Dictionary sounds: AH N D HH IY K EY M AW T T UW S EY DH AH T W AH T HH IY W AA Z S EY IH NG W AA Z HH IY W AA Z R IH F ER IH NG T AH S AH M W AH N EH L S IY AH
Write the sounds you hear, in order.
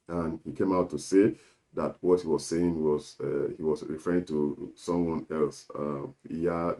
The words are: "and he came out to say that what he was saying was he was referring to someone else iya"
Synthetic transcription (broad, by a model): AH N HH IY K EY M AW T T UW S EY DH AH T W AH T HH IY W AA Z S EY IH NG W AA Z HH IY W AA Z R IH F ER IH NG T AH S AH M W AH N EH L S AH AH